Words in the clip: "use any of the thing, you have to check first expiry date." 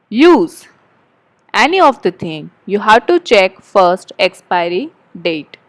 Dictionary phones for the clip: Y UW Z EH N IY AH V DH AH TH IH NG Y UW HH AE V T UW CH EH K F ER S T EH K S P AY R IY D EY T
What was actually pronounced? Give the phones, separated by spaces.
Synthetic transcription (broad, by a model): Y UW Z EH N IY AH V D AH T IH NG Y UW HH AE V T UW CH EH K F ER S T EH K S P AY R IY D EY T